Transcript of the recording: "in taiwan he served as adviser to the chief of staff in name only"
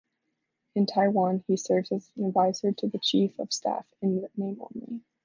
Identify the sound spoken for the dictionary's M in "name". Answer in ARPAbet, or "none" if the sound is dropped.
none